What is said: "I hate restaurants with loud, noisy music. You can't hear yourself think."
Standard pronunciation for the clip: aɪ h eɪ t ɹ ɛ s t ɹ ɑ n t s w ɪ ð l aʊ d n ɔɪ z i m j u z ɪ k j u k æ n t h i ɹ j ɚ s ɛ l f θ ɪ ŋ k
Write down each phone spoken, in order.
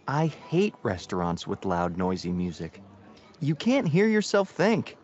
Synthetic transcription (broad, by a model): aɪ h eɪ t ɹ ɛ s t ɹ ɑ n t s w ɪ ð l aʊ d n ɔɪ z i m j u z ɪ k j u k æ n t h i ɹ j ɚ s ɛ l f θ ɪ ŋ k